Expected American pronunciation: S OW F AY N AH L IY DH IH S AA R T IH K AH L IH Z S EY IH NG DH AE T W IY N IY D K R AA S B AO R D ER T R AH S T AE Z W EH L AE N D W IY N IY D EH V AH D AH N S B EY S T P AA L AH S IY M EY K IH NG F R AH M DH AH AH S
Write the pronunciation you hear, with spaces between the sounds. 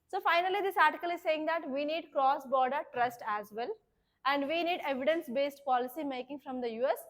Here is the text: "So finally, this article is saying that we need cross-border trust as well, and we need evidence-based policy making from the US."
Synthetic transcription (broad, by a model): S OW F AY N AH L IY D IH S AA R T IH K AH L IH Z S EY IH NG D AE T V IY N IY D K R AA S B AO R D ER T R AH S T AE Z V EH L AE N D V IY N IY D EH V AH D AH N S B EY S T P AA L AH S IY M EY K IH NG F R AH M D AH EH S